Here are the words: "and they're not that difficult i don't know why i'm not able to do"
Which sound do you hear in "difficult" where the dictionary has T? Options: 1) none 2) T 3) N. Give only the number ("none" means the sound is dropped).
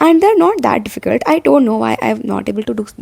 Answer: 2